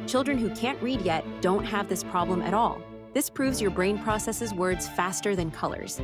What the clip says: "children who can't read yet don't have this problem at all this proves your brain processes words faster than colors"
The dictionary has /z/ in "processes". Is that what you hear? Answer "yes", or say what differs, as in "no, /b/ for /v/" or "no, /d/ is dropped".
yes